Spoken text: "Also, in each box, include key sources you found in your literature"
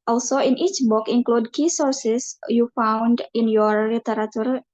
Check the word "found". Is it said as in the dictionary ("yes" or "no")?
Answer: yes